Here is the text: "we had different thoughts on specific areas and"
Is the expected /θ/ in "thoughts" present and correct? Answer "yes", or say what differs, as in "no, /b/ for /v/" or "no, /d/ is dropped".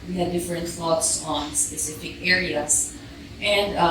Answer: no, /f/ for /θ/